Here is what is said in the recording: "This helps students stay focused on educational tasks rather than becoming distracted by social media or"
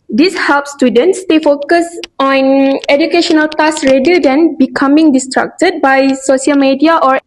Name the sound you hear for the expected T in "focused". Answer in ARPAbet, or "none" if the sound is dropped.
none